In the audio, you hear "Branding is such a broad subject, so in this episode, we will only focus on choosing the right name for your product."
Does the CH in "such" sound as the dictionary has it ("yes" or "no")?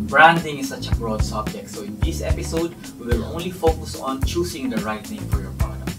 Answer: yes